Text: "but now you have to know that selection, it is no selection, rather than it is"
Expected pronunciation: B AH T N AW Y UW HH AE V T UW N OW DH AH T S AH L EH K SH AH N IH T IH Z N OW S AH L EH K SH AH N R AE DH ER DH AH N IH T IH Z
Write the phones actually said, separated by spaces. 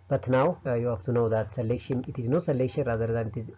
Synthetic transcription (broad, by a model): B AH T N AW Y UW HH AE F T UW N OW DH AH T S AH L EH K SH AH N IH T IH Z N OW S AH L EH K SH AH N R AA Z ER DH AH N IH T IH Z